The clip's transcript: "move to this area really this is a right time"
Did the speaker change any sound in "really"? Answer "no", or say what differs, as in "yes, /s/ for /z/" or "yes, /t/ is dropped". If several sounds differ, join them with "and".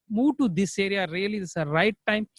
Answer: yes, /l/ is dropped